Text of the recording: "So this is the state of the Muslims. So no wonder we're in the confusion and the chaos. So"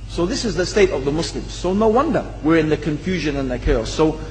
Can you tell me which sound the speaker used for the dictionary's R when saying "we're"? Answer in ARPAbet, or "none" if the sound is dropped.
R